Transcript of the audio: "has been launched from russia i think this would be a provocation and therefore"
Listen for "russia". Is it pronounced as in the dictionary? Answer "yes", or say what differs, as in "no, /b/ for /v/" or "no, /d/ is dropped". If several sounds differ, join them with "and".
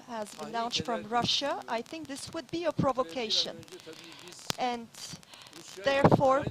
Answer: yes